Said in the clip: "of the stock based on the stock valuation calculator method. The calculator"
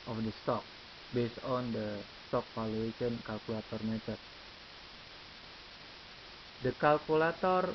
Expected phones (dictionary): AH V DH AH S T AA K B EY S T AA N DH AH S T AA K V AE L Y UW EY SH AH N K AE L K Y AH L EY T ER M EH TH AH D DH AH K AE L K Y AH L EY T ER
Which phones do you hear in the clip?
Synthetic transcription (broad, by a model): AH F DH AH S T AA K B EY S T AA N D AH S T AA K P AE L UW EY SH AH N K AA L K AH L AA T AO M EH T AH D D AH K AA L K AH L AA T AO